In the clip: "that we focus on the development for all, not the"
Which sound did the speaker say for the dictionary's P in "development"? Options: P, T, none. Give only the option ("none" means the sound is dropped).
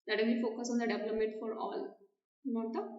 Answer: none